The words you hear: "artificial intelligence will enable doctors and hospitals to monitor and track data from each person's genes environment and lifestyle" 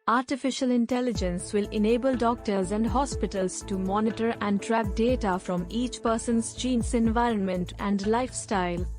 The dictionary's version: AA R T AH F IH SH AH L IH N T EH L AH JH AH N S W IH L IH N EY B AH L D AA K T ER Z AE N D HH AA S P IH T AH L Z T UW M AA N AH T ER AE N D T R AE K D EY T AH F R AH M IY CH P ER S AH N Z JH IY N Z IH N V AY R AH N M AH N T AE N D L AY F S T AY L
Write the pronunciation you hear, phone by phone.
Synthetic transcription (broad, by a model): AA R T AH F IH SH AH L IH N T EH L AH JH AH N S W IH L IH N EY B AH L D AA K T ER Z AE N D HH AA S P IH T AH L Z T UW M AA N AH T ER AE N D T R AE K D EY T AH F R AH M IY CH P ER S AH N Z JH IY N S IH N V AY R AH N M AH N T AE N D L AY F S T AY L